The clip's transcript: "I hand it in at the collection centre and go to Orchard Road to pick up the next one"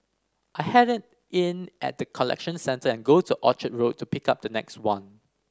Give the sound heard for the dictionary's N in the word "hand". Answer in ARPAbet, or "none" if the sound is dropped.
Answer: none